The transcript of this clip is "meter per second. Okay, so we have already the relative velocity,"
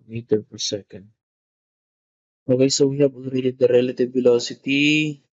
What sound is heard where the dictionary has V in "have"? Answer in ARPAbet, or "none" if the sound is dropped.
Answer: B